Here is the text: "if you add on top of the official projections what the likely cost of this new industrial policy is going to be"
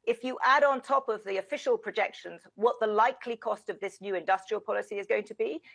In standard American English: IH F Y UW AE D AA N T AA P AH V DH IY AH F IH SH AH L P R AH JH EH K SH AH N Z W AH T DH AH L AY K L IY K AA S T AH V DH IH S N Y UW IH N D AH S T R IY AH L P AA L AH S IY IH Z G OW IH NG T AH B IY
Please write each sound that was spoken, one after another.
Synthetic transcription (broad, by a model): IH F Y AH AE D N T AA P AH V DH IY AH F IH SH AH L P R AH JH EH K SH AH N Z W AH T DH AH L AY K L IY K AA S T AH V DH IH S N Y UW IH N D AH S T R IY AH L P AA L AH S IY IH Z G OW IH NG T AH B IY